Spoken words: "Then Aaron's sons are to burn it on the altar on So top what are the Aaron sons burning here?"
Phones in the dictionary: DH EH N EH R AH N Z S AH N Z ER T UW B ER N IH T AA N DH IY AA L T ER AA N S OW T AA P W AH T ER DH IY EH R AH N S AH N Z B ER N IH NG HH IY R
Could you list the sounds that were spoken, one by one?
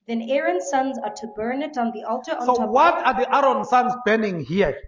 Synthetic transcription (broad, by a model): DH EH N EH R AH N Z S AH N Z ER T UW B ER N IH T N DH IY AA L T ER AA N S OW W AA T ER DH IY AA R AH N S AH N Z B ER N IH NG HH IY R